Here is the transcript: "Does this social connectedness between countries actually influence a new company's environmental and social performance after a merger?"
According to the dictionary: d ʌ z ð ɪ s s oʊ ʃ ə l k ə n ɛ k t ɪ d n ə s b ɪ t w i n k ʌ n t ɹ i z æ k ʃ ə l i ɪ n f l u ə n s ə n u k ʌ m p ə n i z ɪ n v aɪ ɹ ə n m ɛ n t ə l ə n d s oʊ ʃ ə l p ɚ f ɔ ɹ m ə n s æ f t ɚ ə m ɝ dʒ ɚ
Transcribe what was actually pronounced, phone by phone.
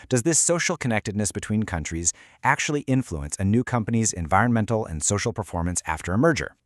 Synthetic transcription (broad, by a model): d ʌ z ð ɪ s s oʊ ʃ l k ə n ɛ k t ɪ d n ə s b ɪ t w i n k ʌ n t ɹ i z æ k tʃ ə l i ɪ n f l u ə n s ə n u k ʌ m p ə n i z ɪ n v aɪ ɹ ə n m ɛ n t l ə n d s oʊ ʃ l p ɚ f ɔ ɹ m ə n s æ f t ɚ ə m ɝ dʒ ɚ